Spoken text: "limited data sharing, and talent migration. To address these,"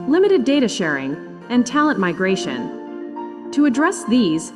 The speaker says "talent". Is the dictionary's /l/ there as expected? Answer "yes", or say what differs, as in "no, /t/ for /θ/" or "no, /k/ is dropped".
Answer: yes